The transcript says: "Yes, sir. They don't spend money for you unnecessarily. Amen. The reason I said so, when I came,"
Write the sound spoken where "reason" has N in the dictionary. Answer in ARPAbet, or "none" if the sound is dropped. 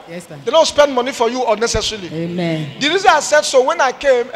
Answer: none